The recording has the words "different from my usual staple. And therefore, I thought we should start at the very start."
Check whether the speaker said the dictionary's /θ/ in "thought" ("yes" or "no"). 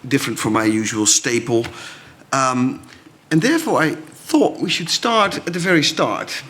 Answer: yes